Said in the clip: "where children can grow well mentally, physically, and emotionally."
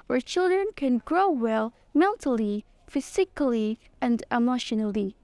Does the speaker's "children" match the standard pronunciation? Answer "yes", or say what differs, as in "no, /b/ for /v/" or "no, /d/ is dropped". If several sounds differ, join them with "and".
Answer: yes